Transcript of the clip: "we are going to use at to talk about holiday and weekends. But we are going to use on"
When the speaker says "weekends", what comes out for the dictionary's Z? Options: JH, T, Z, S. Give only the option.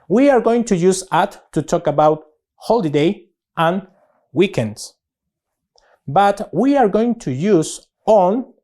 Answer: S